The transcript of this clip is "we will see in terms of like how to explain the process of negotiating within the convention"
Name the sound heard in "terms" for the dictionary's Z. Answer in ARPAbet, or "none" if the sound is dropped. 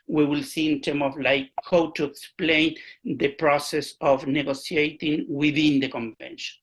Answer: none